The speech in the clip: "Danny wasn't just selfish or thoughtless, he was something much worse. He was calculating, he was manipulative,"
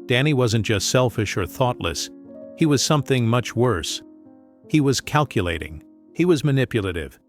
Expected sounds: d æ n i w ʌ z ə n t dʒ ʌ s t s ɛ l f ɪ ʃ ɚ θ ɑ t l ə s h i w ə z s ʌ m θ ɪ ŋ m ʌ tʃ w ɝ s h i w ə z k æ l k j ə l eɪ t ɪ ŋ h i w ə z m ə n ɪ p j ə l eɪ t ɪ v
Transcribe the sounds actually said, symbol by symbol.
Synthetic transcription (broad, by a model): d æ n i w ʌ z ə n dʒ ʌ s t s ɛ l f ɪ ʃ ɚ θ ɑ t l ə s h i w ə z s ʌ m θ ɪ ŋ m ʌ tʃ w ɝ s h i w ə z k æ l k j ə l eɪ t ɪ ŋ h i w ə z m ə n ɪ p j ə l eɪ t ɪ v